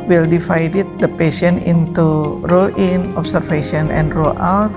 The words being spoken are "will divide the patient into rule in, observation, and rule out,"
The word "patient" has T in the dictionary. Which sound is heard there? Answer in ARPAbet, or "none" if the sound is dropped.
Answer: none